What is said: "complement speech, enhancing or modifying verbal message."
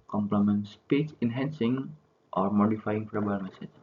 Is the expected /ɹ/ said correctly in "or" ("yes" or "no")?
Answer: yes